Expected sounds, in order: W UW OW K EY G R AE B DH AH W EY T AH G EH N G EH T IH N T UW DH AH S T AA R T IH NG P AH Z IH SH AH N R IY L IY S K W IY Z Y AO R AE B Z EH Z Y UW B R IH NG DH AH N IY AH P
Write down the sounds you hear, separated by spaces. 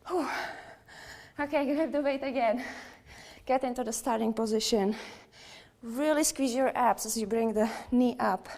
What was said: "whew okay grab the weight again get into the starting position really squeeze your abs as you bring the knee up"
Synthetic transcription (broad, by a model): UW OW K EY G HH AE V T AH W EY T AH G EH N G EH T IH N T UW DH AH S T AA R T IH NG P AH Z IH SH AH N R IY L IY S K W IY Z Y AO R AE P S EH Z Y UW B R IH NG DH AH N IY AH P